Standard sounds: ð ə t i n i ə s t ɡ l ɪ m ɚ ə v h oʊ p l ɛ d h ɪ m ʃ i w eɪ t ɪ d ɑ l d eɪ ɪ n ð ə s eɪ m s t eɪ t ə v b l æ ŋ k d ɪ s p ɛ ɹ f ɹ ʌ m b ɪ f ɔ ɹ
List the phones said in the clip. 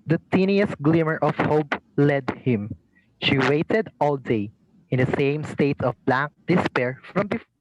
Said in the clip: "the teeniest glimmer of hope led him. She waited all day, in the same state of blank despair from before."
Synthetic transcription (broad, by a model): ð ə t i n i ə s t ɡ l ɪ m ɚ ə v h oʊ p l ɛ d h ɪ m ʃ i w eɪ t ɪ d ɑ l d eɪ ɪ n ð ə s eɪ m s t eɪ t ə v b l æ k d ɪ s p ɛ ɹ f ɹ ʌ m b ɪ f